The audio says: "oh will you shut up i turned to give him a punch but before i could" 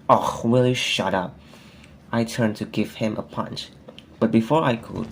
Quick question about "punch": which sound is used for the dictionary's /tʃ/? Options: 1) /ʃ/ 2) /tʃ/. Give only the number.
2